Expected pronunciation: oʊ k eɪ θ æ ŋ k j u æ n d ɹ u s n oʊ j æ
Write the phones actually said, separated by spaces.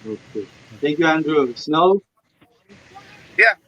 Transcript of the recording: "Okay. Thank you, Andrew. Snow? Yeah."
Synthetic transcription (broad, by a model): oʊ k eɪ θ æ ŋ k j u æ n d ɹ u s n oʊ j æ